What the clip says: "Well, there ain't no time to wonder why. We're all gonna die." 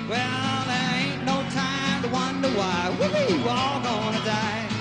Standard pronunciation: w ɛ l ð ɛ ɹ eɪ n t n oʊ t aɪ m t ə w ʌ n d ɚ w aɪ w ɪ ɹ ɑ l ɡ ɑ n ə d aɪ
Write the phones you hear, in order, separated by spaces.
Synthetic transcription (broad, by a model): w ɛ l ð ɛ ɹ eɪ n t n oʊ t aɪ m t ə w ʌ n d ɚ w aɪ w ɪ l ɑ l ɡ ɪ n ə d aɪ